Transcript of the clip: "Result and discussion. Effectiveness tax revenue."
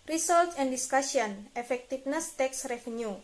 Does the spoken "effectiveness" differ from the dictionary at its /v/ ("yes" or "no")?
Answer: yes